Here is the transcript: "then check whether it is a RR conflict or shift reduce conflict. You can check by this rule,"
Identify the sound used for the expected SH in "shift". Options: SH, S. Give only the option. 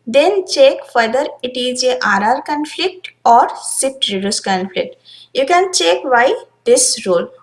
S